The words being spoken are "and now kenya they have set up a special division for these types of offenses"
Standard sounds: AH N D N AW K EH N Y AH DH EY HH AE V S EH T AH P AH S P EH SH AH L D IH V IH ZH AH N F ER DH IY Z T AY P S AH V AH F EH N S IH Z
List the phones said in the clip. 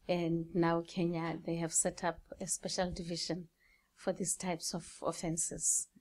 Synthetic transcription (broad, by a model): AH N D N AW K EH N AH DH EY HH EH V S EH T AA P AH S P EH SH AH L D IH V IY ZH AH N F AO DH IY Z T AY P S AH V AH F EH N S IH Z